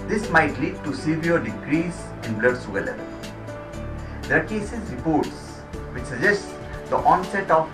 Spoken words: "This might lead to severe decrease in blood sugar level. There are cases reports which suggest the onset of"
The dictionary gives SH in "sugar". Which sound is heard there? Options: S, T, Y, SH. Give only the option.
S